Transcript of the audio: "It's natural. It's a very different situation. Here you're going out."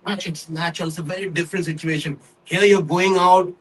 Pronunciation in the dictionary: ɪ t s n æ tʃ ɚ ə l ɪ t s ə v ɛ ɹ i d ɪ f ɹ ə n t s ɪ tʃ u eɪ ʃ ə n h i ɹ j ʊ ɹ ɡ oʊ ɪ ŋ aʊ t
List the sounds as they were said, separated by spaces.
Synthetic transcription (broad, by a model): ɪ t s n æ tʃ ɚ ə l ɪ t s ə v ɛ ɹ i d ɪ f ɹ ə n t s ɪ tʃ u eɪ ʃ ə n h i l j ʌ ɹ ɡ oʊ ɪ ŋ aʊ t